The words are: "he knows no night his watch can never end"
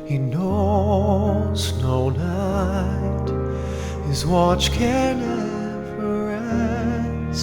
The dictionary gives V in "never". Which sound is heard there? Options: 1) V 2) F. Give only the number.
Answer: 2